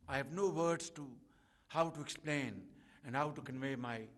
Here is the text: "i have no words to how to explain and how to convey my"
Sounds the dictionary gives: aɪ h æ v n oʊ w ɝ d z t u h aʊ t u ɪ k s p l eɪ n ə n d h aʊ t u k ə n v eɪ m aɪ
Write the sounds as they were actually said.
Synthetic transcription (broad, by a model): aɪ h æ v n oʊ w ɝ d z t u h aʊ t u ɪ k s p l eɪ n ə n d h aʊ t u k ə n v eɪ m aɪ